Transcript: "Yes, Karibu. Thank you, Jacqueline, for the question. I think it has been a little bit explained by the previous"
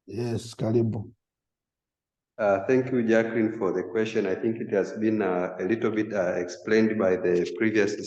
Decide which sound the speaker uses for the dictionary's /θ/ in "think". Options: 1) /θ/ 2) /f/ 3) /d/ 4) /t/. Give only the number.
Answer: 1